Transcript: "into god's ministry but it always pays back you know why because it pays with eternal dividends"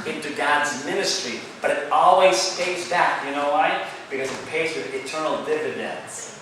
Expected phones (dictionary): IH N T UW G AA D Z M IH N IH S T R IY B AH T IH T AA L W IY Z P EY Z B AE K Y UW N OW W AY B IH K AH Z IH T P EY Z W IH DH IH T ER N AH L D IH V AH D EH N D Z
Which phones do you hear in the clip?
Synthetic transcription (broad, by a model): IH N T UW G AA D Z M IH N IH S T R IY B AH T IH T AA L W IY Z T EY S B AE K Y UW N OW W AY B IH K AH Z IH T P EY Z W IH DH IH T ER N L D IH V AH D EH N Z